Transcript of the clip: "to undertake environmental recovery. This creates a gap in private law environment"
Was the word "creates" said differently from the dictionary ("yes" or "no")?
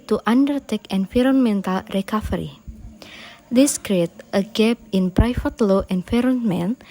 yes